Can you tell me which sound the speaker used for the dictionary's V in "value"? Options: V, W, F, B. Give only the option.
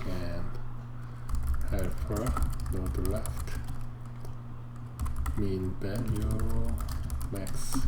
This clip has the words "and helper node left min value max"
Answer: B